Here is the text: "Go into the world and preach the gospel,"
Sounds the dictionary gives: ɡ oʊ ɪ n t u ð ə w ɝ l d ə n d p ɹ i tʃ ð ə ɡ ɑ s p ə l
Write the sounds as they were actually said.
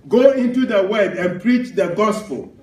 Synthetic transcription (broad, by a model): ɡ oʊ ɪ n t u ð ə w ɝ d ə n p ɹ i tʃ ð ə ɡ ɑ s p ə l